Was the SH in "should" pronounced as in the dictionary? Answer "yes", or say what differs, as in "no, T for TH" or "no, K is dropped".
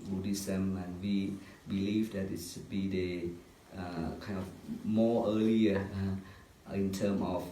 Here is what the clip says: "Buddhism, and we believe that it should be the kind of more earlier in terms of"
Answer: no, S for SH